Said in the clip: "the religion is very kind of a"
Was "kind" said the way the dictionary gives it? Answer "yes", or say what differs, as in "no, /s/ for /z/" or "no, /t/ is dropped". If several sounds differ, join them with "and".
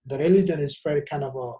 no, /d/ is dropped